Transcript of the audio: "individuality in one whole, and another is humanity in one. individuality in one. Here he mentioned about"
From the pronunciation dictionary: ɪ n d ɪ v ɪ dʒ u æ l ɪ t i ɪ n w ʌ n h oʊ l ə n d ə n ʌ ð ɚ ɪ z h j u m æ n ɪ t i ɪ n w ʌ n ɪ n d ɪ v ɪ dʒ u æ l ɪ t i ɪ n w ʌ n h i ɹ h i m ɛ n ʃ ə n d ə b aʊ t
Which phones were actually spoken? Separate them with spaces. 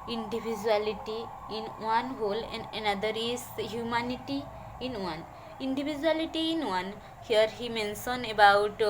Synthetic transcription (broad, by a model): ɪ n d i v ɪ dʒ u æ l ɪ t i ɪ n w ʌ n h oʊ l ə n d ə n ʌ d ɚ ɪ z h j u m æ n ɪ t i ɪ n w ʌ n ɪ n d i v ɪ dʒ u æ l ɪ t i ɪ n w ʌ n h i ɹ h i m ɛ n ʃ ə n ə b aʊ t